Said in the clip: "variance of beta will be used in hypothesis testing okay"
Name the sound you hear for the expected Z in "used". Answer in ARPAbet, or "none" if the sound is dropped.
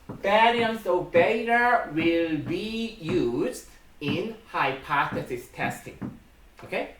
Z